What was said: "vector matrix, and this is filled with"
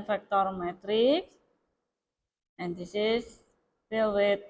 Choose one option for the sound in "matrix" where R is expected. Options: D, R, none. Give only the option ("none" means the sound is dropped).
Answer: R